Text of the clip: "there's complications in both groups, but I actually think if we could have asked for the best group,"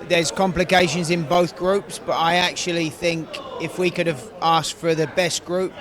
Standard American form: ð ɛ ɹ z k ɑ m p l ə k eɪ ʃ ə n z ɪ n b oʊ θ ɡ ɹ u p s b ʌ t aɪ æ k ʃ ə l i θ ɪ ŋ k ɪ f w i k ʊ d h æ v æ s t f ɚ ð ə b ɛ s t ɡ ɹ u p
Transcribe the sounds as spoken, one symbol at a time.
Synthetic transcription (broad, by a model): ð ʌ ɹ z k ɑ m p l ə k eɪ ʃ ə n z ɪ n b oʊ θ ɡ ɹ u p s b ʌ t aɪ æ k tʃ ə l i θ ɪ ŋ k ɪ f w i k ʊ d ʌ v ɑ s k f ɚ ð ə b ɛ s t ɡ ɹ u p